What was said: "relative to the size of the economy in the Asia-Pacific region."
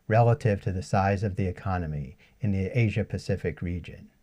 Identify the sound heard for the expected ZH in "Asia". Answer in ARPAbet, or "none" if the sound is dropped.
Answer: ZH